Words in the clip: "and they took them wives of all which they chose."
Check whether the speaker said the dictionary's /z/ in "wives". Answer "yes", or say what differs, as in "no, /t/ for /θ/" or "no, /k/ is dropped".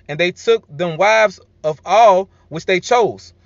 yes